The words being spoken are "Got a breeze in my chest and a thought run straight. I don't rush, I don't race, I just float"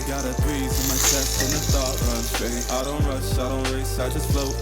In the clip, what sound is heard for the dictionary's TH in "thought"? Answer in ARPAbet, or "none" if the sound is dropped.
S